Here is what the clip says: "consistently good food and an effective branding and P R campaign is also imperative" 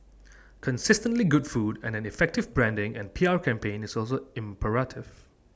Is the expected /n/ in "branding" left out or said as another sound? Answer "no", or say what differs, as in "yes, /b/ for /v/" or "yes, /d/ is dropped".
no